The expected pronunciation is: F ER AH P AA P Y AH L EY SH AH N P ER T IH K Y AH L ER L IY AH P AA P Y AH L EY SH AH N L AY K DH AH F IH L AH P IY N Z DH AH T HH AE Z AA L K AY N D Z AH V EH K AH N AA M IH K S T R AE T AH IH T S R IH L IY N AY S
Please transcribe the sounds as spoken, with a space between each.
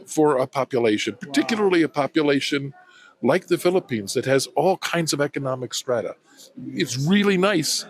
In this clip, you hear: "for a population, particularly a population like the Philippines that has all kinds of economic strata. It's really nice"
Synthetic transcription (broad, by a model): F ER AH P AA P Y AH L EY SH AH N P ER T IH K Y L ER L IY AH P AA P Y AH L EY SH AH N L AY K DH AH F IH L AH P IY N Z DH AH T HH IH Z AA L K AY N D Z AH V EH K AH N AA M IH K S T R AE T AH IH T S R IH L IY N AY S